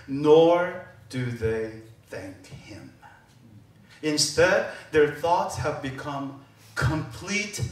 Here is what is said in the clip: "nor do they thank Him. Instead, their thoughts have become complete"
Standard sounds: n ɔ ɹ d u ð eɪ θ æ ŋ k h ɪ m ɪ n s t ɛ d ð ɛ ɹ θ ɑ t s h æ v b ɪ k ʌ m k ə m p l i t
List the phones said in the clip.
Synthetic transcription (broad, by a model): n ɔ ɹ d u ð eɪ θ æ ŋ k h ɪ m ɪ n s t ɛ d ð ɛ ɹ θ ɑ t s h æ v b ɪ k ʌ m k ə m p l i t